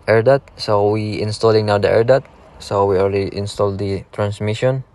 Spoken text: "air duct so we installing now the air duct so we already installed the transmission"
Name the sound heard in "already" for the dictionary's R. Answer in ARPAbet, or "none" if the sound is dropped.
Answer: L